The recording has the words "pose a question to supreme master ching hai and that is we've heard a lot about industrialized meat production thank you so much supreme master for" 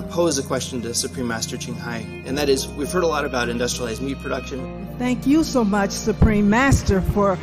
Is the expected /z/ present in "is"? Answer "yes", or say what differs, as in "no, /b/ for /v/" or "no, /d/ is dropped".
yes